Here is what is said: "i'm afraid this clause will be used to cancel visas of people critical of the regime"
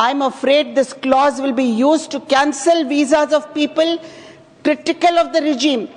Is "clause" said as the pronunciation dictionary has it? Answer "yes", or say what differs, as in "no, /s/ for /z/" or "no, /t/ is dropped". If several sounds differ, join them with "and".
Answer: yes